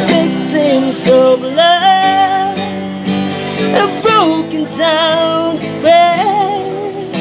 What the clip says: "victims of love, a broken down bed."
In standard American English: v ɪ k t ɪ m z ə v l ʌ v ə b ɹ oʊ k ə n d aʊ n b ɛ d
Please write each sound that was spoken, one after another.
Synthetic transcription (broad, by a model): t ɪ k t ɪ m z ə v l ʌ ə b ɹ oʊ k ə n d aʊ n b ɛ